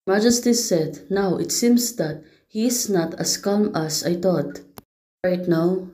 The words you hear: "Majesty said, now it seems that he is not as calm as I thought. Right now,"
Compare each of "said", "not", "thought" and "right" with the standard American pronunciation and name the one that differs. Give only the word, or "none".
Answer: thought